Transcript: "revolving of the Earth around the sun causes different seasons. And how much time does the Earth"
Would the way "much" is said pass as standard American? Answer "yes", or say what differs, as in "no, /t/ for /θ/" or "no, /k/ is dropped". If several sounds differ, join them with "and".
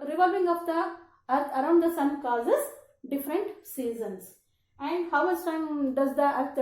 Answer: no, /s/ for /tʃ/